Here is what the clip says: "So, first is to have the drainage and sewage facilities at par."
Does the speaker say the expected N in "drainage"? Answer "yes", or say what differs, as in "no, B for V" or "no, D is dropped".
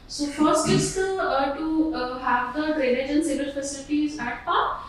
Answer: no, L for N